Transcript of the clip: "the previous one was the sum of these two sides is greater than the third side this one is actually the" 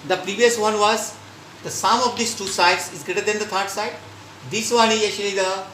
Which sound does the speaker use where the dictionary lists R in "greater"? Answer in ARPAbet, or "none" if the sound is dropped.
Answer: R